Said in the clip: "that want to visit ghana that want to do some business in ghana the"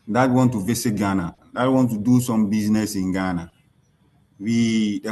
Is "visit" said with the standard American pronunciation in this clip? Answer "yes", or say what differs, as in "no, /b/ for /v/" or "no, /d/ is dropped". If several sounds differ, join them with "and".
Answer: no, /s/ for /z/